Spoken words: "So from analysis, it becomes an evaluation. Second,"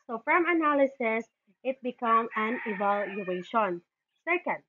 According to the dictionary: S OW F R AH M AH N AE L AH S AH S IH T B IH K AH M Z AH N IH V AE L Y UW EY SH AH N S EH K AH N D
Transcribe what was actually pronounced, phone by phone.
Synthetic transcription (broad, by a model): S OW F R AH M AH N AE L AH S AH S IH T B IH K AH M AH N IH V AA L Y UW EY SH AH N S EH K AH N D